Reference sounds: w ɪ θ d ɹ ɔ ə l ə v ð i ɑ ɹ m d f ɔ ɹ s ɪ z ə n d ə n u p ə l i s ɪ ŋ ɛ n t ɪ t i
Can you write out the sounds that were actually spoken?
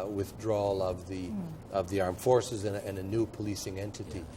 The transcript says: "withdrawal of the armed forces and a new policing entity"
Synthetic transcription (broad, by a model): w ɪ θ d ɹ ɔ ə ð ə v ð i ɑ ɹ m f ɔ ɹ s ɪ z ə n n ə n u p ə l i s ɪ ŋ ɛ n t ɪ t i